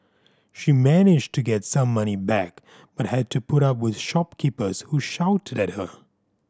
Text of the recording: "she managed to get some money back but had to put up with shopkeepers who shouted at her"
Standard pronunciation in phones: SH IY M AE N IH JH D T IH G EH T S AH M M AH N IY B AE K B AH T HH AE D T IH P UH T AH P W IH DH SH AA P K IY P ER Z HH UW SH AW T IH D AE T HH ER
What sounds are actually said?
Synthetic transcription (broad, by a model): SH IY M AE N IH JH T IH G EH T S AH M M AH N IY B AE K B AH T HH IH D T IH P UH T AH P W IH DH SH AA P K IY P ER Z HH UW SH AW T IH D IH T HH ER